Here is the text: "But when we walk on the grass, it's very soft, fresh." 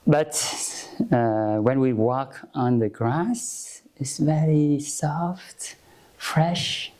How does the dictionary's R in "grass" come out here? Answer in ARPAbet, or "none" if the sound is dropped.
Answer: R